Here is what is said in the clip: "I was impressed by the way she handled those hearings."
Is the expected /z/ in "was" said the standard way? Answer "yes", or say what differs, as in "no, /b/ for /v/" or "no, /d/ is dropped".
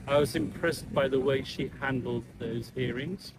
yes